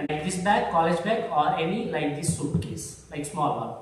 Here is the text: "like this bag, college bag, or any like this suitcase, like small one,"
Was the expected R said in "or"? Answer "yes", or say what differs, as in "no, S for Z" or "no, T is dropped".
yes